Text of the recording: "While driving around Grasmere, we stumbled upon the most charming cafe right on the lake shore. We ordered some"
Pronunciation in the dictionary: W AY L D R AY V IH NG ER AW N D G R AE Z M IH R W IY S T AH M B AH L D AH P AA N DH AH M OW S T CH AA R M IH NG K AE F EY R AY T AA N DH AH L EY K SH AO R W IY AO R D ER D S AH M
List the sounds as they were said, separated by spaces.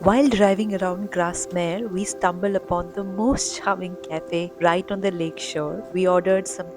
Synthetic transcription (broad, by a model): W AY L D R AY V IH NG ER AW N D G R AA S M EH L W IY S T AH M B AH L D AH P AA N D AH M OW S T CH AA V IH NG K AE F EY R AY T AA N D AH L EY K SH AO R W IY AO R D ER D S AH M